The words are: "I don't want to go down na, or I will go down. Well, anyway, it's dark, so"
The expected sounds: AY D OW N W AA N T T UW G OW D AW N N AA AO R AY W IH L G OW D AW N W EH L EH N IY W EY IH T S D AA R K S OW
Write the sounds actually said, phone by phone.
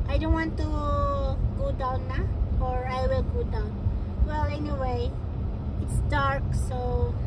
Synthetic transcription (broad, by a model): AY D OW N W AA N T T UW G OW D AW N L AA AO R AY W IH L G OW D AW N W EH L EH N IY W EY IH T S D AA R K S OW